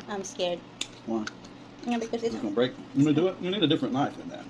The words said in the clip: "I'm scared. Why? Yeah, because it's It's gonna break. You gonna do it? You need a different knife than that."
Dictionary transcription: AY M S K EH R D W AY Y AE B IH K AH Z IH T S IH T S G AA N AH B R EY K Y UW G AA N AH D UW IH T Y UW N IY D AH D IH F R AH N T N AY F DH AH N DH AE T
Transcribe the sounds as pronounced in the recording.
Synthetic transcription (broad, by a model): AY M S K EH R D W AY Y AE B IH K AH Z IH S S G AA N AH B R EY K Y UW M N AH D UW IH T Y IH N IY D AH D IH F R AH N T L AY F DH AH N DH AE T